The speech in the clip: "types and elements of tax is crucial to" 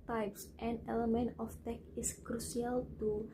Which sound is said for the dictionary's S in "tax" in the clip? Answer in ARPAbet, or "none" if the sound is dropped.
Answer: none